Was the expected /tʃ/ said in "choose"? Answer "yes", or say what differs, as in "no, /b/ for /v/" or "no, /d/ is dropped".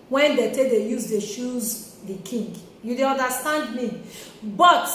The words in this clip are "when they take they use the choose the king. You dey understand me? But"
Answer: no, /ʃ/ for /tʃ/